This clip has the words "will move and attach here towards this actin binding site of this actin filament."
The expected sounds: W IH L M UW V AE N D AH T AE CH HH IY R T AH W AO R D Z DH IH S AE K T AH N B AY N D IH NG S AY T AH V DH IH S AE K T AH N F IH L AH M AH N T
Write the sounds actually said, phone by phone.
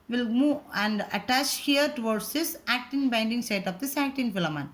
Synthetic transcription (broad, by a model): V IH L M UW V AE N D AH T AE CH HH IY R T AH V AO R D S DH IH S AE K T AH N B AY N D IH NG S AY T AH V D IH S AE K T AH N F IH L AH M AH N